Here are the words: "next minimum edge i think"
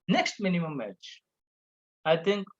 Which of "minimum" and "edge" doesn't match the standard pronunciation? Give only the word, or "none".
edge